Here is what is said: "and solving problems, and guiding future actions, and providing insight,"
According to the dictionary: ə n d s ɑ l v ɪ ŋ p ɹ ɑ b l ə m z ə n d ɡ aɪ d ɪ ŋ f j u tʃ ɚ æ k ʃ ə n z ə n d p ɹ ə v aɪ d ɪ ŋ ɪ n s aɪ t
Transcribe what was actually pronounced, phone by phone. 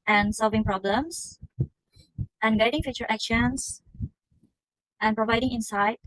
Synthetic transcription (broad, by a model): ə n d s ɑ l v ɪ ŋ p ɹ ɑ b l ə m s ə n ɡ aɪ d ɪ ŋ f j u tʃ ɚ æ k ʃ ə n s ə n p ɹ ə v aɪ d ɪ ŋ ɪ n s aɪ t